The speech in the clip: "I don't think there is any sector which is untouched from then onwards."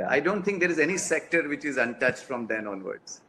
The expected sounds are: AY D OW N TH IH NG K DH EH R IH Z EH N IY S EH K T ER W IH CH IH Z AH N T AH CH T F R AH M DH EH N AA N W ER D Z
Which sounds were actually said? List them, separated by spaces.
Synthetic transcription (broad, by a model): AY D OW N T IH NG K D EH R IH Z EH N IY S EH K T ER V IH CH IH Z AH N T AH CH T F R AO M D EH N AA N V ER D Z